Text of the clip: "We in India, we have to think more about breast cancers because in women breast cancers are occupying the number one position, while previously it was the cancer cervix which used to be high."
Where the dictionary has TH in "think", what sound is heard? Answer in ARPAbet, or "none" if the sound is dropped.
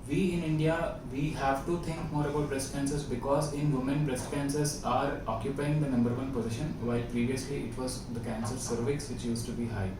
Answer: T